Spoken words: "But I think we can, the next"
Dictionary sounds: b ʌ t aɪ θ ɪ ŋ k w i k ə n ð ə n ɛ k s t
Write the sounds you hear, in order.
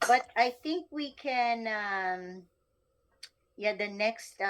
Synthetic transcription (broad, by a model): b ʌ t aɪ θ ɪ ŋ k w i k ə n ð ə n ɛ k s t